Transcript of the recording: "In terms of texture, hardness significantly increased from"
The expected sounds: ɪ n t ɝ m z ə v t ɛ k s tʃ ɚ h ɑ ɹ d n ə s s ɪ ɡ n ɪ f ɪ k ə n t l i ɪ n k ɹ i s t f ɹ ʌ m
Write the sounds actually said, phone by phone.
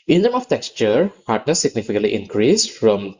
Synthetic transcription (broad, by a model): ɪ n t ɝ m ə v t ɛ k s tʃ ɚ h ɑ ɹ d n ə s s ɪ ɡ n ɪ f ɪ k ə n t l i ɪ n k ɹ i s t f ɹ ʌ m